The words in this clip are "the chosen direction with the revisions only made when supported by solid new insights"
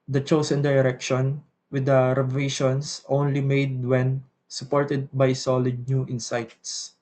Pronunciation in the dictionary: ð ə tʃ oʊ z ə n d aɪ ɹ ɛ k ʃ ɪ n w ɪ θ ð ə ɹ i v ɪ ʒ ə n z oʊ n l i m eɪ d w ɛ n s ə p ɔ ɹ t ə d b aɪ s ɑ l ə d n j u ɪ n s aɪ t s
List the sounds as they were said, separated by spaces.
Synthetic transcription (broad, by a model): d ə tʃ oʊ s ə n d aɪ ɹ ɛ k ʃ ɪ n w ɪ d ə ɹ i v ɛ ʃ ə n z oʊ n l i m eɪ d w ɛ n s ə p ɔ ɹ t ə d b aɪ s ɑ l ə d n j u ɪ n s aɪ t s